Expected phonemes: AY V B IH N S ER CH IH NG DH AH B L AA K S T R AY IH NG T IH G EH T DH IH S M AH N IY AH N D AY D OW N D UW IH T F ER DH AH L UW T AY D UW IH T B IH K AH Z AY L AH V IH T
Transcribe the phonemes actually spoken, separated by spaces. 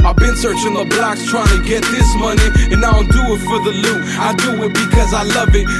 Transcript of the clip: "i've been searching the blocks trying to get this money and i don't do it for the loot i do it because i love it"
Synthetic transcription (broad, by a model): AY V B IH N S ER CH IH NG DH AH B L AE K S T R AY IH NG T IH G EH T DH IH S M AH N IY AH N AY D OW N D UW IH T F ER DH AH L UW AY D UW IH T B IH K AH Z AY L AH V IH T